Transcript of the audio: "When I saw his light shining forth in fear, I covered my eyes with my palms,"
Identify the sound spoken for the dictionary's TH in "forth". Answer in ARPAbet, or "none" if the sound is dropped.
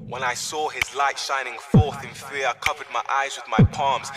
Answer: TH